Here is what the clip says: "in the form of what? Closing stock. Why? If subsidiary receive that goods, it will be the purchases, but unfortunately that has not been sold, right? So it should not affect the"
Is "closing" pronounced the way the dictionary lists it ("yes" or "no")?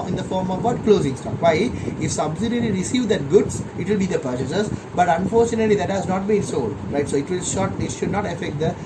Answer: yes